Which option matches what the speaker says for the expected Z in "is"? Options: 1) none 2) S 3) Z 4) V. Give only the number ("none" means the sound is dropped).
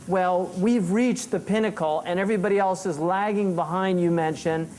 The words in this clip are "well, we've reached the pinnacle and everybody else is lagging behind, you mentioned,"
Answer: 3